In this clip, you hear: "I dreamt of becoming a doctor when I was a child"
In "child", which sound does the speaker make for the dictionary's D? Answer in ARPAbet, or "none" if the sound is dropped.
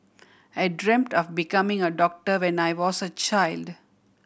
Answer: D